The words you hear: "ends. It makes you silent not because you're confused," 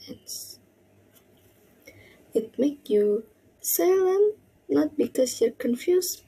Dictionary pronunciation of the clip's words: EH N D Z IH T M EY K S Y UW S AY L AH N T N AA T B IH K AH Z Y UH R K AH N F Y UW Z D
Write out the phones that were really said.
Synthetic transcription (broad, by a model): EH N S IH T M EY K Y UW S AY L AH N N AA T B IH K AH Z Y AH R K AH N F Y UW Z